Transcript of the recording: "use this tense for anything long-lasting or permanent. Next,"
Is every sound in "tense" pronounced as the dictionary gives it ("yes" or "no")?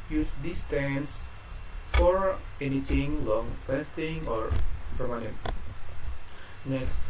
yes